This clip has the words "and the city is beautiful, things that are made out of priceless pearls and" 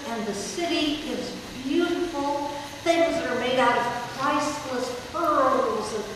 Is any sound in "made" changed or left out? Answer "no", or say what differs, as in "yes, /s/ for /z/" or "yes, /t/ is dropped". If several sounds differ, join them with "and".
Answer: no